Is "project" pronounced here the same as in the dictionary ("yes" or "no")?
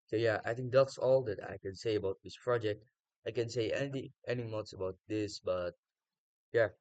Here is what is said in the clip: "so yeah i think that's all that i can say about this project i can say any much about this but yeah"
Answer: yes